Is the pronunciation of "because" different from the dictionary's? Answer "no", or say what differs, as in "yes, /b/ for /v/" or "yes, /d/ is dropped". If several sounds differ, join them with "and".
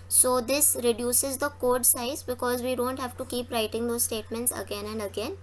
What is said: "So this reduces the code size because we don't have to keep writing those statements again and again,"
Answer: no